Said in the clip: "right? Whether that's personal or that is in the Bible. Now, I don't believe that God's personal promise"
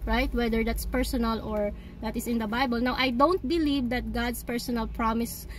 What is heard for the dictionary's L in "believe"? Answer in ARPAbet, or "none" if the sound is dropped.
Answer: L